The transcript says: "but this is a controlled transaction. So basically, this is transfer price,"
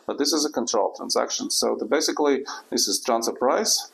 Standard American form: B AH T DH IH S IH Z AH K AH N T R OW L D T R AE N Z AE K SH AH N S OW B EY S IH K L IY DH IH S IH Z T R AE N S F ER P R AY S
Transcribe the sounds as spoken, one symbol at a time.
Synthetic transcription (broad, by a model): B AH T DH IH S IH Z AH K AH N T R OW L T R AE N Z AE K SH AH N S OW B EY S IH K L IY DH IH S IH Z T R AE N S ER P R AY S